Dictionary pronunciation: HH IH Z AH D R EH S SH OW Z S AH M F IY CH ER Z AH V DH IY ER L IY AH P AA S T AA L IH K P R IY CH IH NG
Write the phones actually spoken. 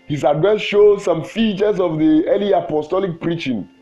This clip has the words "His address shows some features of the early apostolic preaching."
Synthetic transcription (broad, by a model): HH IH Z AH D EH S SH OW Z S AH M F IY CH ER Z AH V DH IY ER L IY AH P AA S T AA L IH K P R IY CH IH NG